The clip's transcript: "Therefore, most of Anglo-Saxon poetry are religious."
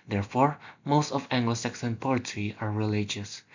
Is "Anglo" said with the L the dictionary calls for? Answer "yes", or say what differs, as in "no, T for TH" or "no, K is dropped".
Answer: yes